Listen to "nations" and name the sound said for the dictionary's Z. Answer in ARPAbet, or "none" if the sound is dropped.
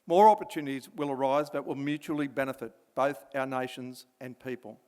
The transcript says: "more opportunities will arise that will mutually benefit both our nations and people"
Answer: Z